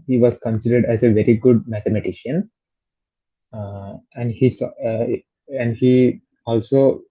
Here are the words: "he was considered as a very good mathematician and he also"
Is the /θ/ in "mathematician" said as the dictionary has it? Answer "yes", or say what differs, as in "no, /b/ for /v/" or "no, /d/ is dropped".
no, /t/ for /θ/